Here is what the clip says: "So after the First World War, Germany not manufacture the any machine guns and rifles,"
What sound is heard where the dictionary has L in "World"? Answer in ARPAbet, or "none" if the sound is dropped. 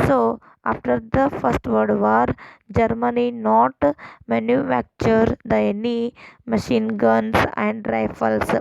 none